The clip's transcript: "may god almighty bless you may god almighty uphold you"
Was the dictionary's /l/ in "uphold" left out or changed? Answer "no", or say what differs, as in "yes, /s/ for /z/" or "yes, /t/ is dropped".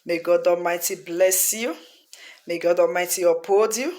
yes, /l/ is dropped